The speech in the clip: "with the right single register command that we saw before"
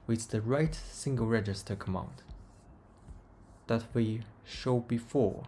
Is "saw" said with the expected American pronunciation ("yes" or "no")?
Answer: no